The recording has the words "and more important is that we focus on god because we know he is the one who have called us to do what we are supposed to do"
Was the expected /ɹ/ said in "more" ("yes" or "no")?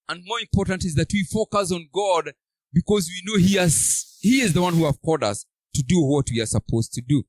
yes